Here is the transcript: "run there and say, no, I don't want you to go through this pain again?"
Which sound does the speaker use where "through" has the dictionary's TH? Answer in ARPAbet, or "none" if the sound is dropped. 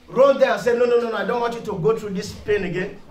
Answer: T